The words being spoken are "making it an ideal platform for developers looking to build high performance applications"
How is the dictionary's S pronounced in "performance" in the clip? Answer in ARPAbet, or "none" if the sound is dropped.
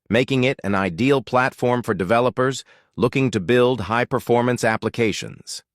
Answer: S